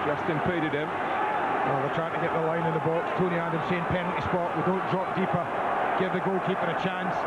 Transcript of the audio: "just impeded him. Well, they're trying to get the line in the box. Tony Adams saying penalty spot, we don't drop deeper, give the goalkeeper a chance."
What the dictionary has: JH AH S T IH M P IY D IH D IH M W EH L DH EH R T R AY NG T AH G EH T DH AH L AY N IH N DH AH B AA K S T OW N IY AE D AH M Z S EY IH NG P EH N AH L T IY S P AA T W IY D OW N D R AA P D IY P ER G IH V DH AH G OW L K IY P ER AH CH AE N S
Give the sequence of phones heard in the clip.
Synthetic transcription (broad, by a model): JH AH S T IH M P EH D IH D IH M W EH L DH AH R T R AY T AH G EH T DH AH L AY N IH N DH AH B AA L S T OW N IY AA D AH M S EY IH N P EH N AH N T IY S P AA T W IY D OW N D R AA P D IY P ER G IH V DH AH G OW L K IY F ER AH CH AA N S